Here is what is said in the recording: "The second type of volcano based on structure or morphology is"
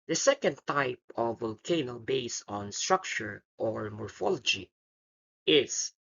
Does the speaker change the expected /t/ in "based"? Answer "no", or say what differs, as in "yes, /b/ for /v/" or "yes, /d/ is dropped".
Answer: yes, /t/ is dropped